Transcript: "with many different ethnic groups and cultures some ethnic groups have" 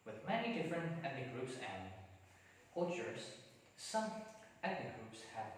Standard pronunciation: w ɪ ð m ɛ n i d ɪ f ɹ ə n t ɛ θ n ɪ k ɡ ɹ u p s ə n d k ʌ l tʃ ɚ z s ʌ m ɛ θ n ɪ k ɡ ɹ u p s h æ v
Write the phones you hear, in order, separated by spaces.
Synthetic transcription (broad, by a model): w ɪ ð m ɛ n i d ɪ f ɹ ə n t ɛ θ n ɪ ɡ ɹ u p s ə n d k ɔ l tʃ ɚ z s ʌ m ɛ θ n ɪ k ɡ ɹ u p s h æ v